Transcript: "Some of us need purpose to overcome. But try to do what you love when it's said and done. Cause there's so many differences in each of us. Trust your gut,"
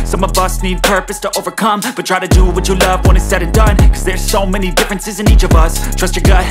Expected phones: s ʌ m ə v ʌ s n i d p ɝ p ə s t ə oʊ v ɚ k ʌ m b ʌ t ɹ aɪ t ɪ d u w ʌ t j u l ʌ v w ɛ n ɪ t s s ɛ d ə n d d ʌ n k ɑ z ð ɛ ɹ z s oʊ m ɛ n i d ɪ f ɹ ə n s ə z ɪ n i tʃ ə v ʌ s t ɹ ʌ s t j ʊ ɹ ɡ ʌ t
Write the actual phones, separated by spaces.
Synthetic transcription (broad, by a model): s ʌ m ə v ʌ s n i d p ɝ p ə s t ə oʊ v ɚ k ʌ m b ʌ t ɹ aɪ t ɪ d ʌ w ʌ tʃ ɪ l ʌ v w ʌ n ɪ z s s ɛ d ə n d d ʌ n k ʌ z ð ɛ ɹ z s oʊ m ɛ n i d ɪ f ɹ ə n s ə z ɪ n i tʃ ə v ʌ s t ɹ ʌ s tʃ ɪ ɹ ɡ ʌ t